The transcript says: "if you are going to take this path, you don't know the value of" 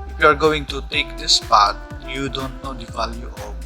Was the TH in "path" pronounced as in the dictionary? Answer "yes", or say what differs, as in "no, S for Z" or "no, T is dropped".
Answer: no, T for TH